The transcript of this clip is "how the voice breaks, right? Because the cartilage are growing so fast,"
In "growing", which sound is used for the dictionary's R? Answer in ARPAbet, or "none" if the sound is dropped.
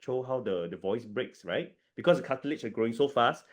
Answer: R